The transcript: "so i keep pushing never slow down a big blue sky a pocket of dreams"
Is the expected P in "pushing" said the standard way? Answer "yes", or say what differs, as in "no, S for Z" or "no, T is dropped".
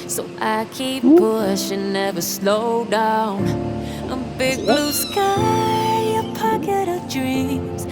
no, B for P